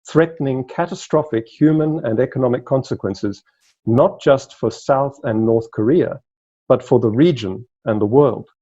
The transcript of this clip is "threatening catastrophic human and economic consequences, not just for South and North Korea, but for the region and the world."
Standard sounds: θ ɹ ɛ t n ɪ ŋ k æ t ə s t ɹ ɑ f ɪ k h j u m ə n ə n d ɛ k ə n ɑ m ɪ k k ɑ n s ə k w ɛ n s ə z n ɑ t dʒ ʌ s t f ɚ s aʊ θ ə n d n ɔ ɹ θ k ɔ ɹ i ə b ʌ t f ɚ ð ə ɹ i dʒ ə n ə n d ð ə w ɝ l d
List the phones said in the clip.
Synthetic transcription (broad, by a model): θ ɹ ɛ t n ɪ ŋ k æ t ə s t ɹ ɑ f ɪ k h j u m ə n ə n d ɛ k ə n ɑ m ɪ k k ɑ n s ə k w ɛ n s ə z n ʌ t dʒ ʌ s t f ɚ s aʊ θ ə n n ɔ ɹ θ k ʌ ɹ i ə b ʌ t f ɚ ð ə ɹ i dʒ ə n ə n ð ə w ɝ l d